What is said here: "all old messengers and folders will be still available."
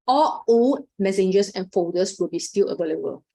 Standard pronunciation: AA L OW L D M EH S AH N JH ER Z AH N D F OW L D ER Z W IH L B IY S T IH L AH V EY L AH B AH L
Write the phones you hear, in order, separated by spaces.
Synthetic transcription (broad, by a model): AA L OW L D M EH S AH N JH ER S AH N F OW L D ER S W IH L B IY S T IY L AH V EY L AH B AH L